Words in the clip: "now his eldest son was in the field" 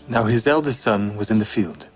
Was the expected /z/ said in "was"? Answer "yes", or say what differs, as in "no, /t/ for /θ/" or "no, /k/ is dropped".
yes